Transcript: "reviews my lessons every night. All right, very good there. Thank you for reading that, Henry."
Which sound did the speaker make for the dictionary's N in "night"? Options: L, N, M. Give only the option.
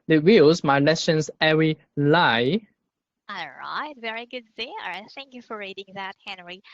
L